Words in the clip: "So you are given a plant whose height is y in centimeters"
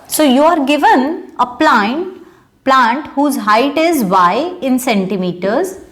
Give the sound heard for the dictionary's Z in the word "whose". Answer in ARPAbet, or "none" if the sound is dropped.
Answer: Z